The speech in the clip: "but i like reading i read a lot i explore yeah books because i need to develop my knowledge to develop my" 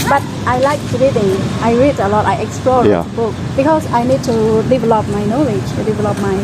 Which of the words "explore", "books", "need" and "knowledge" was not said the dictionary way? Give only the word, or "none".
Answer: books